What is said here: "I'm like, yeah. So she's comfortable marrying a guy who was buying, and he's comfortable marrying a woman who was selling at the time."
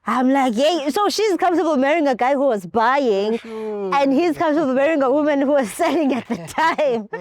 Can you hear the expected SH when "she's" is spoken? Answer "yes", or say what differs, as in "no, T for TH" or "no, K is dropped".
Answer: yes